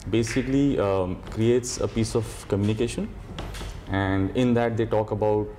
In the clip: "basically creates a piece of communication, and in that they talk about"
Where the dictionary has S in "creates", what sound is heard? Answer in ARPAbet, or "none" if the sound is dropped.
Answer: S